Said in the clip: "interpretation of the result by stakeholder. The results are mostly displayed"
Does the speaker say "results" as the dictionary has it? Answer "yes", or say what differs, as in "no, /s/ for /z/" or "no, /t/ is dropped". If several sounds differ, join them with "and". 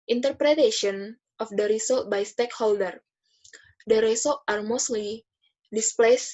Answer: no, /s/ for /z/ and /s/ is dropped